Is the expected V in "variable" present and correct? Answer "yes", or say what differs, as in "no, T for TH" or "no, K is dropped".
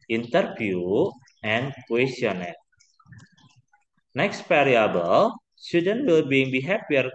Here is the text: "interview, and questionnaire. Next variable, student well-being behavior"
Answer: no, P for V